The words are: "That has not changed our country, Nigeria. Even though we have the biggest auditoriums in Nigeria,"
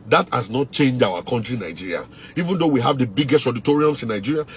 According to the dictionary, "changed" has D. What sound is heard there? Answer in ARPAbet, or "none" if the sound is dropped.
none